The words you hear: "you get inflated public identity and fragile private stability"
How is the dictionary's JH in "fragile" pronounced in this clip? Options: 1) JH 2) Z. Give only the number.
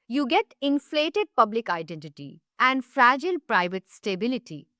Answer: 1